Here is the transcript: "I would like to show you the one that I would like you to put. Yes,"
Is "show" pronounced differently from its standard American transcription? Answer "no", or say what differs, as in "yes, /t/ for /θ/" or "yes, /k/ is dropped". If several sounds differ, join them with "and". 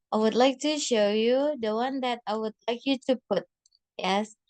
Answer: no